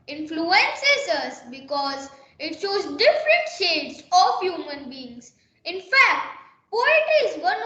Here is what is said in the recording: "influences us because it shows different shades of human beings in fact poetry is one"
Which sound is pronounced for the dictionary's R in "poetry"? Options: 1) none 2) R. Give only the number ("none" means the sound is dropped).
1